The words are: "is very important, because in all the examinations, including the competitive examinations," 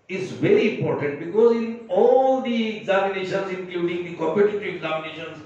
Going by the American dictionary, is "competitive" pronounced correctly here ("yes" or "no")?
no